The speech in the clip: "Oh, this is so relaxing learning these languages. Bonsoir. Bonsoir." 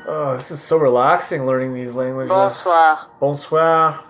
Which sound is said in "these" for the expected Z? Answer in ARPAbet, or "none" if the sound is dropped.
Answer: Z